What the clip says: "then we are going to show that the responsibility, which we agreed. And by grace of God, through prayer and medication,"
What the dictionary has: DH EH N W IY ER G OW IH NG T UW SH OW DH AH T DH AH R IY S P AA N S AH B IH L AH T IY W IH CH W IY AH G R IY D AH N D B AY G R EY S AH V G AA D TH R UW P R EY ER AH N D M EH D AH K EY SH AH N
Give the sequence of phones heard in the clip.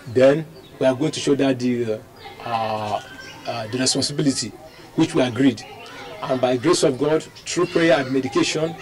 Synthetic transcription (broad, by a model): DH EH N W IY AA G OW IH NG T UW SH OW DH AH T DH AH R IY S P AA N S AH B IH L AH T IY W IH CH W IY AH G R IY D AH N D B AY G R EY S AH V G AA D T R UW P R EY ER AH N D M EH D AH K EY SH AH N